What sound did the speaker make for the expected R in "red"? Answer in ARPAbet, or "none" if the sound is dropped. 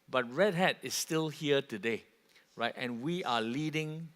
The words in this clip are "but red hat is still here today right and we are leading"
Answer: R